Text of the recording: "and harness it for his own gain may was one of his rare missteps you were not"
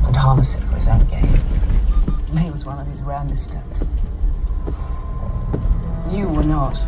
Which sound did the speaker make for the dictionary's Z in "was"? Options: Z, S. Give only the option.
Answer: Z